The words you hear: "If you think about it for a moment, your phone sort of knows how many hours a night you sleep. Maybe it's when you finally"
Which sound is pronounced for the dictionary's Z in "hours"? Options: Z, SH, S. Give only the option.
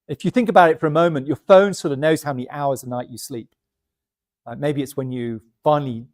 Z